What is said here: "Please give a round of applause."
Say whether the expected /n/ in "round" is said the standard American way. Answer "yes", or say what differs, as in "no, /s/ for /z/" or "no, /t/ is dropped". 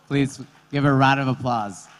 no, /n/ is dropped